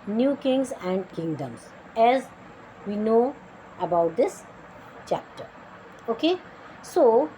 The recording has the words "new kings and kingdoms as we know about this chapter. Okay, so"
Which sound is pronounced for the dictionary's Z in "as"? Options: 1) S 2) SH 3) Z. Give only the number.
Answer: 3